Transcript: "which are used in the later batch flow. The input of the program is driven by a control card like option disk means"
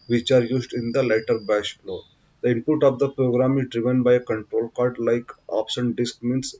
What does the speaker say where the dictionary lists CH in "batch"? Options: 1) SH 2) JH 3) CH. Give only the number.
1